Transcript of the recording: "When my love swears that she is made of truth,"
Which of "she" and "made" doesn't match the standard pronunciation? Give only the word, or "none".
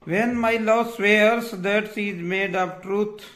she